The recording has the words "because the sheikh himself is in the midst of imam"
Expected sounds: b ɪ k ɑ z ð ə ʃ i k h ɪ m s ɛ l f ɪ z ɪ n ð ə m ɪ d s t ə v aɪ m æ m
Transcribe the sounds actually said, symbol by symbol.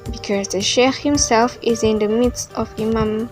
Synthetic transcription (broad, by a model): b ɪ k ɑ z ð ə ʃ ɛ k h ɪ m s ɛ l f ɪ z ɪ n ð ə m ɪ d s t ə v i m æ m